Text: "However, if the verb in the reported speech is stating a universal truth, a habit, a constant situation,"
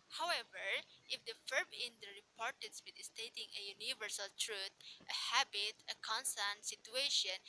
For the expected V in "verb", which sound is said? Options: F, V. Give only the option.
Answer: F